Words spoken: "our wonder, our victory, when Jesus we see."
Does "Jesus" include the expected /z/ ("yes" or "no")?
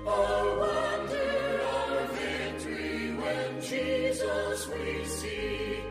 yes